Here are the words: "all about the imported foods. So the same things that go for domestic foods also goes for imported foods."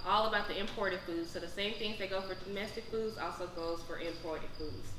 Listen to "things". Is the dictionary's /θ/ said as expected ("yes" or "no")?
yes